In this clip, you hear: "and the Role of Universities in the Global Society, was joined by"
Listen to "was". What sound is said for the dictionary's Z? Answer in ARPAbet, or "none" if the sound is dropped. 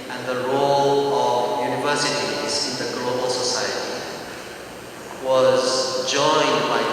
Z